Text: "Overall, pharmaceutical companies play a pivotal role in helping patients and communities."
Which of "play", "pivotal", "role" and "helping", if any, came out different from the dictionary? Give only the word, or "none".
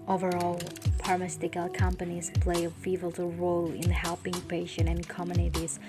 pivotal